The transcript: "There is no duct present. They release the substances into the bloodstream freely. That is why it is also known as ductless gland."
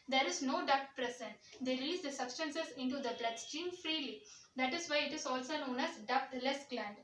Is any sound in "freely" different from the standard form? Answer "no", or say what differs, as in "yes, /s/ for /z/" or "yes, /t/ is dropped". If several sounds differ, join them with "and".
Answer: no